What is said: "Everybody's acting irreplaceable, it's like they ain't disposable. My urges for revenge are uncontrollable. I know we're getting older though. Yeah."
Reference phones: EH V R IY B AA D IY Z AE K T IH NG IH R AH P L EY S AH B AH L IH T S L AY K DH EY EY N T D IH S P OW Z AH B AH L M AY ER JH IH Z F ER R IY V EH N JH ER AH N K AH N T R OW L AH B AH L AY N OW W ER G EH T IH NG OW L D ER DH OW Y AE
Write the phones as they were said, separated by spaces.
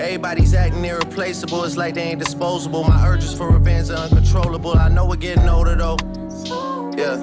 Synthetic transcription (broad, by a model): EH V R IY B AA D IY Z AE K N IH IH R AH P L EY S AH B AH L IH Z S L AY K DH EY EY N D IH S P OW Z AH B L M AY ER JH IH S F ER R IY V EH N Z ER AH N K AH N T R OW L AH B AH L AY N OW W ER G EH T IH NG OW D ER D OW Y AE